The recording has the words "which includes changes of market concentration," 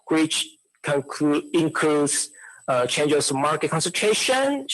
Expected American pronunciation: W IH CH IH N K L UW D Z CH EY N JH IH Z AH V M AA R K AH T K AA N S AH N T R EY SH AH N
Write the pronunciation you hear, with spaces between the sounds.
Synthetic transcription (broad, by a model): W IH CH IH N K N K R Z CH EY N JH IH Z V M AA R K AH T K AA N S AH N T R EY SH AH N